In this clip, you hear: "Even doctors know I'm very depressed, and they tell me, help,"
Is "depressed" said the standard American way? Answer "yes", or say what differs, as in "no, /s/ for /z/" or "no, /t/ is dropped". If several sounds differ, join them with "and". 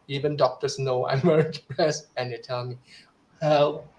no, /t/ is dropped